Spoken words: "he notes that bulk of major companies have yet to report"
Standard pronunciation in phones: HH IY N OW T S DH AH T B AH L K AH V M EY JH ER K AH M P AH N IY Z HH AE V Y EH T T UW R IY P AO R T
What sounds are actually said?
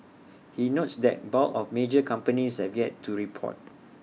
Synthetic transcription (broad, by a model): HH IY N OW T S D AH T B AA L AH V M EY JH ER K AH M P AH N IY S HH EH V Y EH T T UW R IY P AO T